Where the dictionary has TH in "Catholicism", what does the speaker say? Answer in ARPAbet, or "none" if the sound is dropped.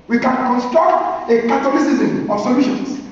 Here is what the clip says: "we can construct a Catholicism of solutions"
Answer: T